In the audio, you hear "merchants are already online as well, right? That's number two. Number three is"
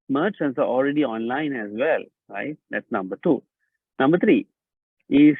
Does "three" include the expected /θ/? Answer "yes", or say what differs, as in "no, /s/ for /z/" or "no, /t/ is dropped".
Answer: no, /t/ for /θ/